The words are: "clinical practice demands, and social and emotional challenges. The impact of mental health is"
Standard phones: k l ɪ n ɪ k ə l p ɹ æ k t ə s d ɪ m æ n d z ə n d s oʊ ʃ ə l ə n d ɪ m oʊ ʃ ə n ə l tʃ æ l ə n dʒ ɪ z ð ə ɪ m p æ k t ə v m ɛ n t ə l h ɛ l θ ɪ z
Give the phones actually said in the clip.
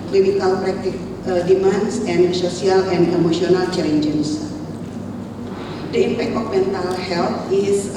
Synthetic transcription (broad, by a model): k l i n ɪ k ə l p ɹ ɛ k t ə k d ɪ m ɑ n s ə n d s oʊ s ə l ə n d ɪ m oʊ s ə n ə l tʃ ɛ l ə n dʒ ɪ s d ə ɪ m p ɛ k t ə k m ɛ n t ə l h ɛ l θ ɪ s